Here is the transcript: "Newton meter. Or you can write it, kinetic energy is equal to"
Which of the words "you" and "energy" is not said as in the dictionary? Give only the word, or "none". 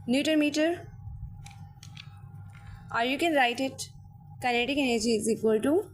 none